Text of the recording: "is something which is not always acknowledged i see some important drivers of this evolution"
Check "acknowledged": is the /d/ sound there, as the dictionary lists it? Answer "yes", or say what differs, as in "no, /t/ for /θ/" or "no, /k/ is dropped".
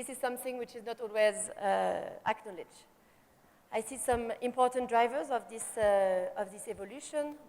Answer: no, /d/ is dropped